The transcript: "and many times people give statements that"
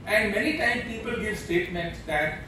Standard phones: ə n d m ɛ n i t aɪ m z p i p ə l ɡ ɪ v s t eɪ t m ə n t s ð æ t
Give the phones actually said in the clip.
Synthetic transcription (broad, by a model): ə n d m ɛ n i t aɪ m p i p ə l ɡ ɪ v s t eɪ t m ə n t s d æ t